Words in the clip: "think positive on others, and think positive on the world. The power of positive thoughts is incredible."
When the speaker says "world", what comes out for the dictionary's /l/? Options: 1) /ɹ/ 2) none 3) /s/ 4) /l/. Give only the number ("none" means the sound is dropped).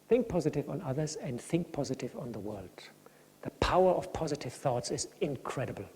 4